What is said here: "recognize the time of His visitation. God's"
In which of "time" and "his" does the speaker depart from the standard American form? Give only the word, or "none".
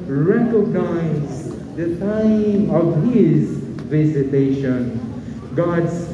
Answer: none